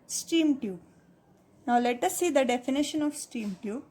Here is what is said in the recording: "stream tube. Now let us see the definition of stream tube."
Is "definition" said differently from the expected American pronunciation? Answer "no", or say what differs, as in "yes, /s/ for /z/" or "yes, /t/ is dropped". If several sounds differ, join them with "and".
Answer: no